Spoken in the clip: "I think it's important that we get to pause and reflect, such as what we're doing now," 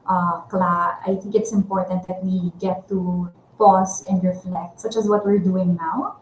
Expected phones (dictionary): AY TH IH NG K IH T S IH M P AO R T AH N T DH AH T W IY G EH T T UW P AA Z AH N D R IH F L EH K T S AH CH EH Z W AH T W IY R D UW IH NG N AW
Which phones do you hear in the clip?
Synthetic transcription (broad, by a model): AY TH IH NG K IH T S IH M P AO R T AH N T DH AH T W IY G EH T T UW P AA S AH N D R IH F L EH K T S AH CH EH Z W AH T W IY R D UW IH NG N AW